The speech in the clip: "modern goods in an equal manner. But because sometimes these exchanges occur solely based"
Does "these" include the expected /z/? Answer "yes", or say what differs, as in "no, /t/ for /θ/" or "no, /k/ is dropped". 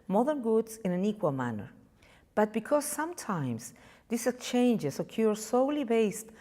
no, /s/ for /z/